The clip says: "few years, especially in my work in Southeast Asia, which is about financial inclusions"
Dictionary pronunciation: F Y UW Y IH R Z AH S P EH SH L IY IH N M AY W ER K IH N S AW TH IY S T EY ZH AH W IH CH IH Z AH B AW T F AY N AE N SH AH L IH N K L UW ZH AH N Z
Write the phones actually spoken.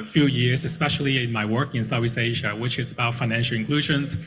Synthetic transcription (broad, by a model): F Y UW Y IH R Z AH S P EH SH L IY IH N M AY W ER K IH N S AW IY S EY ZH AH W IH CH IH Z AH B AW T F AY N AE N SH L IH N K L UW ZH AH N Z